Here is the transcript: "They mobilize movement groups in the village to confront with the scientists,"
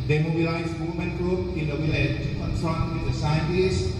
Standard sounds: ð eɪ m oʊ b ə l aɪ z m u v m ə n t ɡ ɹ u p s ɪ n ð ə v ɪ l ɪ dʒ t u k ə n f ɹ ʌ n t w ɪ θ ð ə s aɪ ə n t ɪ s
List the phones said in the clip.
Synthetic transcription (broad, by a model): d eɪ m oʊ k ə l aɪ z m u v m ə n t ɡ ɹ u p ɪ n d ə w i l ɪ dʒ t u k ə n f ɹ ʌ n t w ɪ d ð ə s aɪ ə n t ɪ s